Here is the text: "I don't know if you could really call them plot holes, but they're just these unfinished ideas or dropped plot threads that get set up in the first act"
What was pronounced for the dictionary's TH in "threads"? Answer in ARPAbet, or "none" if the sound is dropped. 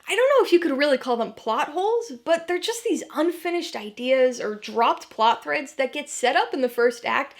TH